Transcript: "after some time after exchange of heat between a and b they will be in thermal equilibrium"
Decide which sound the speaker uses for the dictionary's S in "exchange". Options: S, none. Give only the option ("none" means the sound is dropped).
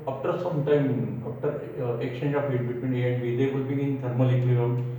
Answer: none